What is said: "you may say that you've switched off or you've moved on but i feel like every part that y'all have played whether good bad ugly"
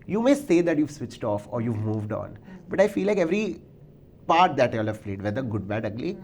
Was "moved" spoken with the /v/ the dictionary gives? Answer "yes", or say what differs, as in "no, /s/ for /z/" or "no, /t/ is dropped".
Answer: yes